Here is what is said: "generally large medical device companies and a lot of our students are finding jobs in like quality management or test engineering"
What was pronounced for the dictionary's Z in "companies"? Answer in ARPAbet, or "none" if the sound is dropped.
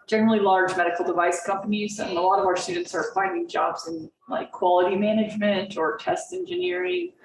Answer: Z